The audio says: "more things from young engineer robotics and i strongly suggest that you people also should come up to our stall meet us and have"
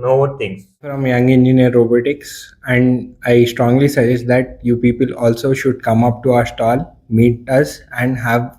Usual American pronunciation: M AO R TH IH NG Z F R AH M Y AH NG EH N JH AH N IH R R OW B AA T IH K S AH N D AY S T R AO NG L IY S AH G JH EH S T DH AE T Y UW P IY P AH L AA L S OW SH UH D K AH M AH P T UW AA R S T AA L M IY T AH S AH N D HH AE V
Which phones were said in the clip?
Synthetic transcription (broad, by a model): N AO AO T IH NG F R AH M Y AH NG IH N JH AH N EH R R OW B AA T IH K S AH N D AY S T R AO NG L IY S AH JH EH S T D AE T Y UW P IY P AH L AA L S OW SH UH D K AH M AH P T UW AA R S T AA L M IY T AH S AH N D HH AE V